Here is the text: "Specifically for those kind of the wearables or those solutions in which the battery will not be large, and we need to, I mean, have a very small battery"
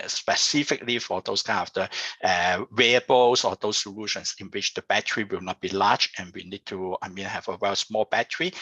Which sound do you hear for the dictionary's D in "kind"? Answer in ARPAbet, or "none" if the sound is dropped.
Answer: none